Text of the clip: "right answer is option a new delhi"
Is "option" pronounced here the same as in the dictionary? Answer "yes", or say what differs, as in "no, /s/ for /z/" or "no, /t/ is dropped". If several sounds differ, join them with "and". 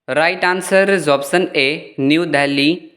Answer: no, /s/ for /ʃ/